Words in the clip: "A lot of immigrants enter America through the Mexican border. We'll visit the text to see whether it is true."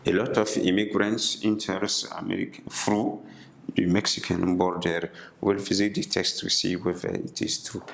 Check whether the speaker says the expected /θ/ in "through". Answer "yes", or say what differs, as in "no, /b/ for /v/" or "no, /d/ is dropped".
no, /f/ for /θ/